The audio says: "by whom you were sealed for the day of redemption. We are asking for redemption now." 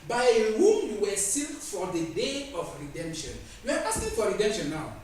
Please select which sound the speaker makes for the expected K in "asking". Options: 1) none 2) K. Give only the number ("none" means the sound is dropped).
1